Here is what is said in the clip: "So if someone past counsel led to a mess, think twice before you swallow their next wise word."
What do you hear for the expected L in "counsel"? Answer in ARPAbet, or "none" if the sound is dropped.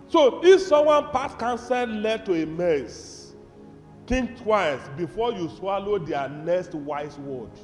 N